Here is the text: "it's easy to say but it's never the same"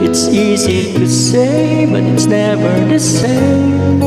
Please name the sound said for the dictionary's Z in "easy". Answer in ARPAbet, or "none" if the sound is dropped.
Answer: Z